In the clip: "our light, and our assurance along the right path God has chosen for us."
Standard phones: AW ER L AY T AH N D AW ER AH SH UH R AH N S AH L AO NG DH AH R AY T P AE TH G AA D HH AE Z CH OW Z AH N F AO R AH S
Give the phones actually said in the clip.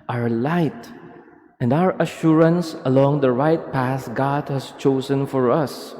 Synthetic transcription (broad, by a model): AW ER L AY T AH N D AW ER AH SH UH R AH N S AH L AO NG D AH R AY T P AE S G AA D HH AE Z CH OW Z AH N F AO R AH S